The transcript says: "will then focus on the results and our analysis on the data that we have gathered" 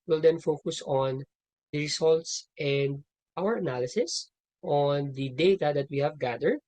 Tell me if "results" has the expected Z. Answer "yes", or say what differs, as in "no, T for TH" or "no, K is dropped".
no, S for Z